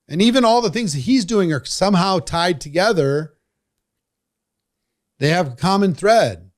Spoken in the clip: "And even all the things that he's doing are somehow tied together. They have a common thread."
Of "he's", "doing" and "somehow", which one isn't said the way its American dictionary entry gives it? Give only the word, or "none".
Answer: none